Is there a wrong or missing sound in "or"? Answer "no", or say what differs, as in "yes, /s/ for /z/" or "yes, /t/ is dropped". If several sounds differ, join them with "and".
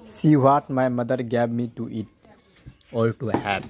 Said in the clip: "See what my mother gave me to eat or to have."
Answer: yes, /l/ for /ɹ/